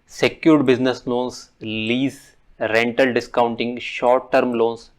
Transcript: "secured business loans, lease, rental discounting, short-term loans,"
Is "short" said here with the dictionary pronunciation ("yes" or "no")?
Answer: yes